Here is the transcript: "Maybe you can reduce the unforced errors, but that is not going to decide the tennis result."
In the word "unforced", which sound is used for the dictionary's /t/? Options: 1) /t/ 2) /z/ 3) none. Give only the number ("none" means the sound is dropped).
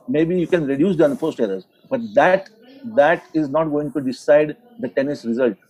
1